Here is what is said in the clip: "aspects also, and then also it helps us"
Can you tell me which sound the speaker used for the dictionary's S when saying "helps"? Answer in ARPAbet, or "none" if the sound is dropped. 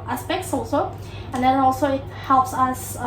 S